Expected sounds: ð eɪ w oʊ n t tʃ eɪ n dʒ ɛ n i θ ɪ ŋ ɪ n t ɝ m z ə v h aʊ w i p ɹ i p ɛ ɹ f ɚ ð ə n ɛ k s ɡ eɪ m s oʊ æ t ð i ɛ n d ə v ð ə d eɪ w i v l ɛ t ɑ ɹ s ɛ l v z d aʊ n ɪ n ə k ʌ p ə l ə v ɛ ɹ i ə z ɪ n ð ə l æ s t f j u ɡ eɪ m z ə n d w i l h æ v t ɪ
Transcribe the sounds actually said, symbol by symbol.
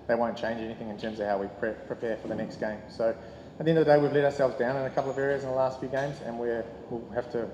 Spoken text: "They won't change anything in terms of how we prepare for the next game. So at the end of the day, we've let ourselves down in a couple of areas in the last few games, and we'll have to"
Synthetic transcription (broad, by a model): ð eɪ w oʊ n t tʃ eɪ n dʒ ɛ n i θ ɪ ŋ ɪ n t ɝ m z ə v h aʊ w i p ɹ i p ɛ ɹ f ɚ ð ə n ɛ k s ɡ eɪ m s oʊ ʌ t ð i ɛ n d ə ð ə d eɪ w i v l ɛ t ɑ ɹ s ɛ l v z d aʊ n ɪ n ə k ʌ p l ə v ɛ ɹ i ə z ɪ n ð ə l æ s t f j u ɡ eɪ m z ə n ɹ w i l h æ f t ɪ